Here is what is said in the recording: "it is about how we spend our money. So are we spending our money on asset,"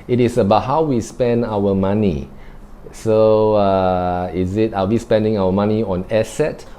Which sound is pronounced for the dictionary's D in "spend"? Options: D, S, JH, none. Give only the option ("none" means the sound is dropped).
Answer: D